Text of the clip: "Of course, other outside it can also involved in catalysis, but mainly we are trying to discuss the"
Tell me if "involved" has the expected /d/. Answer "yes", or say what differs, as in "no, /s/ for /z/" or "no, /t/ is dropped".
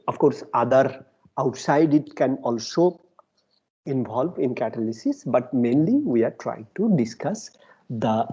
no, /d/ is dropped